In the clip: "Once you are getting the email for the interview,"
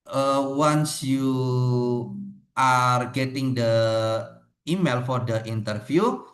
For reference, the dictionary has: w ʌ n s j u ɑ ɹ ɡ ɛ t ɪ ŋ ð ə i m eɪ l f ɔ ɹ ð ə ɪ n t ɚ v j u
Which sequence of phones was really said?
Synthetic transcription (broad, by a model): w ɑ n s j u ɑ ɹ ɡ ɛ t ɪ ŋ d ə i m eɪ l f ɔ ɹ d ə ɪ n t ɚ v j u